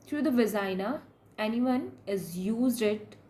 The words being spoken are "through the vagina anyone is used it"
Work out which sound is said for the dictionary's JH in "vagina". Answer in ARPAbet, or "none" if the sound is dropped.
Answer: Z